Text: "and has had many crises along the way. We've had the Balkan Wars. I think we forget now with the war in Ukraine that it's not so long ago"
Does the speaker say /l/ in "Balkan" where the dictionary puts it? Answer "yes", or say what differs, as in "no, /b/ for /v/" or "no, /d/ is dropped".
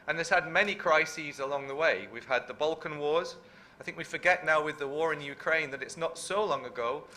yes